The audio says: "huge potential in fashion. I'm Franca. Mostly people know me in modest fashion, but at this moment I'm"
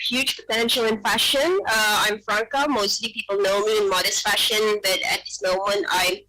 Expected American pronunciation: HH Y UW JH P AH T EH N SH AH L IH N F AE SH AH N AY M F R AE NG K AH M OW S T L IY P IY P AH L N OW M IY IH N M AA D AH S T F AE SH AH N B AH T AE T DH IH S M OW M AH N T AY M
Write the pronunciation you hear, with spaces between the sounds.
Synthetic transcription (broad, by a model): HH Y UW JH P AH T EH N SH AH L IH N F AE SH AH N AY M F R AE NG K AH M OW S T L IY P IY P L N OW M IY IH N M AA D AH S T F AE SH AH N B AH T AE T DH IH S M OW M AH N T AY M